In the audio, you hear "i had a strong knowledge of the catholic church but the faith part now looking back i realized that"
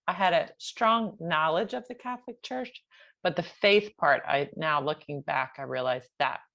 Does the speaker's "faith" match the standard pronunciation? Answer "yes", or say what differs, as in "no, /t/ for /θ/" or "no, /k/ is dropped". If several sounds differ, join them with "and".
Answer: yes